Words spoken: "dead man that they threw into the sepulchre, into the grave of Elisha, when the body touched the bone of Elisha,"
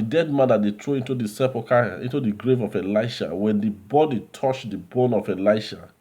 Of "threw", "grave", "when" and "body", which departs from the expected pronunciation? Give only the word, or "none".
threw